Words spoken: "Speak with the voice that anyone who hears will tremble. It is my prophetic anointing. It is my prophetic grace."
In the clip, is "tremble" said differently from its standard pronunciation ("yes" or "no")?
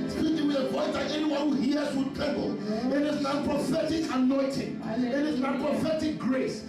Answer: yes